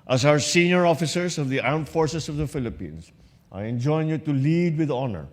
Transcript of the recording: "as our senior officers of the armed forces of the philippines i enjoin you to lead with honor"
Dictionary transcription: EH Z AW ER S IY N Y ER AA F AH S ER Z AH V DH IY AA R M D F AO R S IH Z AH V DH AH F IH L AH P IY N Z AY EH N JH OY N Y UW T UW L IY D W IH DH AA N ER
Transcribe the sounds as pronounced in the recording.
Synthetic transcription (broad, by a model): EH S AW ER S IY N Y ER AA F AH S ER S AH V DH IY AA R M F AO R S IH S AH V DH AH F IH L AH P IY N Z AY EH N JH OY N Y UW T UW L IY D W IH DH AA N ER